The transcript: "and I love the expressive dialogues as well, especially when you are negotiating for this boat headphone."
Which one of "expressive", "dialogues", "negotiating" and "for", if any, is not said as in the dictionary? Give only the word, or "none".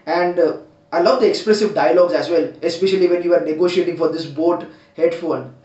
none